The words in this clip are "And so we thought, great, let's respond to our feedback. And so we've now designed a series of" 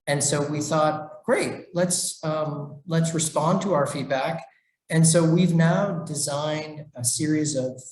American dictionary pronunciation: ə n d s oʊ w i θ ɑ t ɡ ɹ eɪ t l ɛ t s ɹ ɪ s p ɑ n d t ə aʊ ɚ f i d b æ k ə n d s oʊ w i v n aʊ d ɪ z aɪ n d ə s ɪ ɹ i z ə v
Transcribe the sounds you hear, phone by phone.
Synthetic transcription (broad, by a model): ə n s oʊ w i θ ɑ t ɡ ɹ eɪ t l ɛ t s ɹ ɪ s p ɑ n t ə aʊ ɚ f i d b æ k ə n s oʊ w i v n aʊ d ɪ z aɪ n d ə s ɪ ɹ i z ə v